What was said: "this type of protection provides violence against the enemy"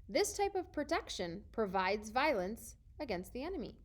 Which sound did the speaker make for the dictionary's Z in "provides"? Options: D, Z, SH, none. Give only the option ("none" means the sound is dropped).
Z